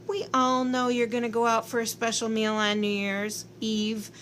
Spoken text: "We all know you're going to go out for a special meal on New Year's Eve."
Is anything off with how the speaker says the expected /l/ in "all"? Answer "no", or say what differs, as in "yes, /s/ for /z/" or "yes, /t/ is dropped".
no